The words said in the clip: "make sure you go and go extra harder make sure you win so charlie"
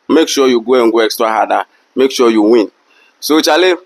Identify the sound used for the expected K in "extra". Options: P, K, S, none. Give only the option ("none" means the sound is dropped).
K